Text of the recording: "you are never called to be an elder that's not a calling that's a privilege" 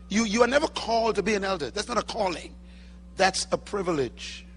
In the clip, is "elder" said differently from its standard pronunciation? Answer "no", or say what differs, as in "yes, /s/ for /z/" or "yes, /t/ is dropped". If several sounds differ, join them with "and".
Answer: no